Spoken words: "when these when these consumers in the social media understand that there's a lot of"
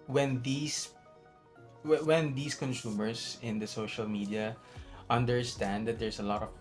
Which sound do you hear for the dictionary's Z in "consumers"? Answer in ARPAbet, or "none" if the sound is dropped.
S